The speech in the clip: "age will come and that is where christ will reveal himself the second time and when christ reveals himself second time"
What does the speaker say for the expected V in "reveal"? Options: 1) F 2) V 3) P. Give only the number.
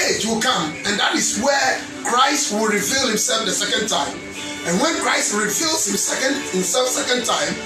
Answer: 2